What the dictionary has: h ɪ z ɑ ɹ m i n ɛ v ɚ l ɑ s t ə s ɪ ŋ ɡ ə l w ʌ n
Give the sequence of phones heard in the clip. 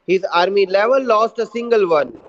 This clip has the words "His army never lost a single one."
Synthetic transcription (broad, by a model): h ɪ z ɑ ɹ m i l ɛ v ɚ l ɑ s t ə s ɪ ŋ ɡ ə l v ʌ n